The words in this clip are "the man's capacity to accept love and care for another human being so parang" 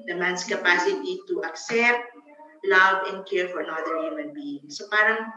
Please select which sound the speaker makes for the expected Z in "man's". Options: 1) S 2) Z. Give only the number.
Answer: 1